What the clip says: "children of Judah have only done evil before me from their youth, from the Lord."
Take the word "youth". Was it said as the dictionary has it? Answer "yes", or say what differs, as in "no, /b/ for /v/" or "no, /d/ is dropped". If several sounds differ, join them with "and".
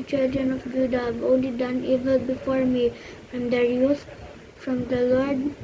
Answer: no, /s/ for /θ/